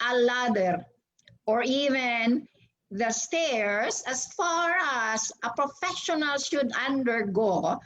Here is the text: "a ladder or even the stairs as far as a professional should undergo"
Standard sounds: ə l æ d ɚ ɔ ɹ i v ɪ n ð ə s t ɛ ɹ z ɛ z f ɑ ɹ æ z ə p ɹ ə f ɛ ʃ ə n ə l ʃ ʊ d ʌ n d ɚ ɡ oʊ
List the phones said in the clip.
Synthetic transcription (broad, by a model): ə l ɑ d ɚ ɔ ɹ i v ɪ n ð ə s t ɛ ɹ s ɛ s f ɑ ɹ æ s ə p ɹ ə f ɛ ʃ ə n ə l ʃ ʊ d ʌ n d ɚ ɡ oʊ